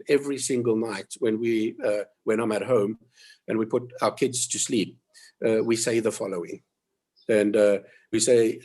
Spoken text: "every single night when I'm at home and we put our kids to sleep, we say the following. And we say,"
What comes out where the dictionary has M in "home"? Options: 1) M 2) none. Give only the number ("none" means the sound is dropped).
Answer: 1